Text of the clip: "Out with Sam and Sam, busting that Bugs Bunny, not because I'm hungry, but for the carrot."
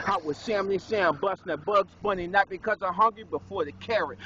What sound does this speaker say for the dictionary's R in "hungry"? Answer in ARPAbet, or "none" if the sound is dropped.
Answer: R